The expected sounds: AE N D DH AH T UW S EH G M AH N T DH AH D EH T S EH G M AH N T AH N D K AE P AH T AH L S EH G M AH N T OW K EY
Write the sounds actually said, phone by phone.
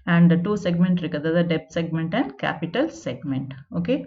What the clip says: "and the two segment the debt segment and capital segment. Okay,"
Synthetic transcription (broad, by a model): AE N D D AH T UW S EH G M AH N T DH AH D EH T S EH G M AH N T AH N D K AE P AH T AH L S EH G M AH N T OW K EY